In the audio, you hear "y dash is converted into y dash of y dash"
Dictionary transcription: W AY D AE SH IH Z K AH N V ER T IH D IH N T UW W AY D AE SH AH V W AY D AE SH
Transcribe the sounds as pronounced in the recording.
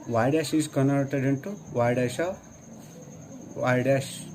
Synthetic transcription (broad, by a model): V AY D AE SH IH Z K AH N ER T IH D IH N T UW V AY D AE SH AH V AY D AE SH